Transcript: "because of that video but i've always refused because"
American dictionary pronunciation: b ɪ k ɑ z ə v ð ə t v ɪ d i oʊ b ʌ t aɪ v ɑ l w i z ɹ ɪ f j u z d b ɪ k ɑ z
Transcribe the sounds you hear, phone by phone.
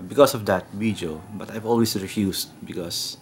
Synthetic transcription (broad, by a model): b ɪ k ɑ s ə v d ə t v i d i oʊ b ʌ t aɪ v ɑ l w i s ɹ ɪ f j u s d b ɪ k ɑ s